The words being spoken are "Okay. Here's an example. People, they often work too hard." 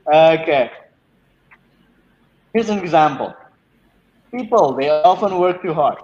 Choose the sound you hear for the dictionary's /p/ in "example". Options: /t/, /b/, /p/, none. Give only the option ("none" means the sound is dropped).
/p/